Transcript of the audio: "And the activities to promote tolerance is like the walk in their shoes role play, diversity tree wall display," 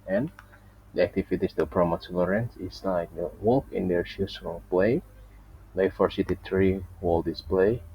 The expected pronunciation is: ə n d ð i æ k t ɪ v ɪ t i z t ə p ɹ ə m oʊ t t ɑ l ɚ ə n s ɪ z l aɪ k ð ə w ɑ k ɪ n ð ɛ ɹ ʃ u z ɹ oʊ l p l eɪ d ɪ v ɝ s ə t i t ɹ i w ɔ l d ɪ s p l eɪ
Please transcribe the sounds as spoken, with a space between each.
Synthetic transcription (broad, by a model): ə n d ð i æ k t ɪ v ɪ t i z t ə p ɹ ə m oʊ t s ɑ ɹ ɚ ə n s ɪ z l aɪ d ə w ɑ k ɪ n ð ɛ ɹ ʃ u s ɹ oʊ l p l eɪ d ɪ f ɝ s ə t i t ɹ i w ɔ l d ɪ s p l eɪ